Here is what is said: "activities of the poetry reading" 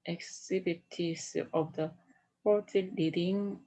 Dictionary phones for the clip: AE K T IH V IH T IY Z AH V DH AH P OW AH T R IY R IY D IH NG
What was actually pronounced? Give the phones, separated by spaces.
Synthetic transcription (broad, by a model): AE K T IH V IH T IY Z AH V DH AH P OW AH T IY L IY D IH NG